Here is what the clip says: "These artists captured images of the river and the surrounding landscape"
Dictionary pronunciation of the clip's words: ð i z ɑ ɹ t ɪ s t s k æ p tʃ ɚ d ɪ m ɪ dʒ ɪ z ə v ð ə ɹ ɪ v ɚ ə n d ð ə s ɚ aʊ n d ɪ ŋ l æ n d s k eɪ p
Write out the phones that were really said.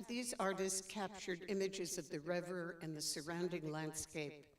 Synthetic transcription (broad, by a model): ð i z ɑ ɹ t ɪ s t s k æ p tʃ ɚ d ɪ m ɪ dʒ ɪ z ə v ð ə ɹ ɪ v ɚ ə n ð ə s ɚ aʊ n d ɪ ŋ l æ n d s k eɪ p